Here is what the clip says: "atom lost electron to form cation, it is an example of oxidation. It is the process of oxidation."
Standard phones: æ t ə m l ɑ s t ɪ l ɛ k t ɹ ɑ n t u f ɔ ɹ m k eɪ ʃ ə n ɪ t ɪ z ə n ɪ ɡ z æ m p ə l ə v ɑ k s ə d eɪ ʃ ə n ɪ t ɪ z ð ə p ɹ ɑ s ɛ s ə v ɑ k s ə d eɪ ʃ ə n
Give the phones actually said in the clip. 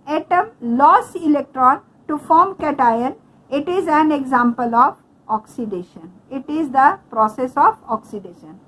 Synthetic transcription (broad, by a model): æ t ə m l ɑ s ɪ l ɛ k t ɹ ɑ n t u f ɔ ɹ m k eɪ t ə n ɪ t ɪ z ə n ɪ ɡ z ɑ m p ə l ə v ɑ k s ə d eɪ ʃ ə n ɪ t ɪ z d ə p ɹ ɑ s ɛ s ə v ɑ k s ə d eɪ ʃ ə n